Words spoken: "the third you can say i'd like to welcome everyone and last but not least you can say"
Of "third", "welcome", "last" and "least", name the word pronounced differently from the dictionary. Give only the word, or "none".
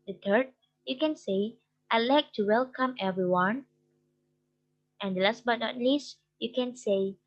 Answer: third